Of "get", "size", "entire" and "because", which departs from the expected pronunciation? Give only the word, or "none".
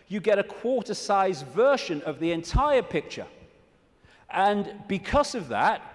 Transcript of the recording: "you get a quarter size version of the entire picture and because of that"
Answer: none